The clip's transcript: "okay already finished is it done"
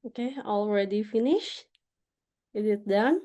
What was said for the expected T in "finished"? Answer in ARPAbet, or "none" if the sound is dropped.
none